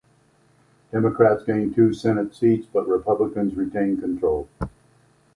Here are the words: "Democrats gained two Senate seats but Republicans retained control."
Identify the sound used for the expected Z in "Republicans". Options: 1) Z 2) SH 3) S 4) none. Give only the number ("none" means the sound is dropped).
1